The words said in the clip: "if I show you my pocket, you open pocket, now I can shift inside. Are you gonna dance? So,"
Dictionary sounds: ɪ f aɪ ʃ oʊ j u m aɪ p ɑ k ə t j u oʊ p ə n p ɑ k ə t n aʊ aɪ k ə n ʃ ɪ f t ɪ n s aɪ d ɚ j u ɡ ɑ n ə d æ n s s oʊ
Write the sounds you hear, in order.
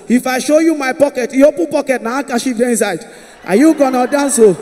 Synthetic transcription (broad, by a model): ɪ f aɪ ʃ oʊ j u m aɪ p ɑ k ə t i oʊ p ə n p ɑ k ə t n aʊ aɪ k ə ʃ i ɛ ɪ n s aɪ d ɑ j u ɡ ɑ n ə d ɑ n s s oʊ